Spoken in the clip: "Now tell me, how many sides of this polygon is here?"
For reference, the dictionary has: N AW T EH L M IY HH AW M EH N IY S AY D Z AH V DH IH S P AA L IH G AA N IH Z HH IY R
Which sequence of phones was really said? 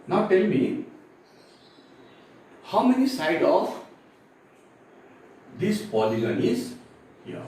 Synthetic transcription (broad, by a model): N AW T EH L M IY HH AW M EH N IY S AY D AH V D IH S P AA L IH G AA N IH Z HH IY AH